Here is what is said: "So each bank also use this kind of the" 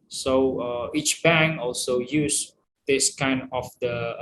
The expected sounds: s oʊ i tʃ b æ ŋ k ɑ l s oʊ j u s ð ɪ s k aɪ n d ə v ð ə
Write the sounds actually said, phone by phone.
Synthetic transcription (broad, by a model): s oʊ i tʃ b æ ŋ ɑ l s oʊ j u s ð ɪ s k aɪ n d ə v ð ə